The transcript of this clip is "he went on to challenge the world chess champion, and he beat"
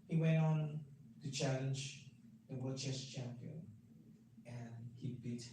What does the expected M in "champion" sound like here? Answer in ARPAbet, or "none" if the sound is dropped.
M